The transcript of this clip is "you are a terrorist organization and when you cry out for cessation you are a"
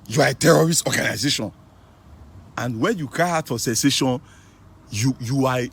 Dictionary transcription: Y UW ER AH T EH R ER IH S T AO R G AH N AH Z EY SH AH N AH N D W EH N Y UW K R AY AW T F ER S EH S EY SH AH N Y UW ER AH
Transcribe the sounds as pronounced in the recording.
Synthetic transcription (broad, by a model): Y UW AH T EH R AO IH S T AO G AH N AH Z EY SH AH N AH N D W EH N Y UW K AY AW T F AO S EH S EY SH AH N Y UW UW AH